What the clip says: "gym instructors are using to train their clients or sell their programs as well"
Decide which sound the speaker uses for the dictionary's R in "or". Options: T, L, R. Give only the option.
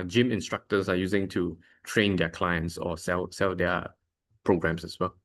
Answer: L